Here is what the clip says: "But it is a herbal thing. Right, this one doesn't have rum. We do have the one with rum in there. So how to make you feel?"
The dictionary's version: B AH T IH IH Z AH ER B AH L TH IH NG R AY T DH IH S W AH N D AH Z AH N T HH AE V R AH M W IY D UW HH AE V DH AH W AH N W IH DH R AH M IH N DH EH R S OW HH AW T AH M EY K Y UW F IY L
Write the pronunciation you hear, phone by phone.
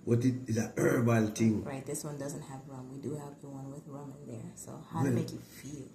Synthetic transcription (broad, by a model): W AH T IH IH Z AH ER B AH L T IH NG R AY T DH IH S W AH N D AH Z AH N T HH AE V R AH M W IY D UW HH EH P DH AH W AH N W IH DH R AH M IH N DH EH R S OW HH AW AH M EY K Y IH F IY L